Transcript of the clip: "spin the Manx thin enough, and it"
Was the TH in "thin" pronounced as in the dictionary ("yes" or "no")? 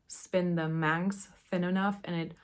yes